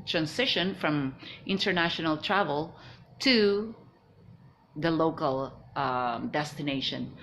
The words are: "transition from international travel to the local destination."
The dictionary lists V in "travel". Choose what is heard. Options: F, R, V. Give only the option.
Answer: V